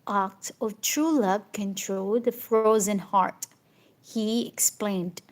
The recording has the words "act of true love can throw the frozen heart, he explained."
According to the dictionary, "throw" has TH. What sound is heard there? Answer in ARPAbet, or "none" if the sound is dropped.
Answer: T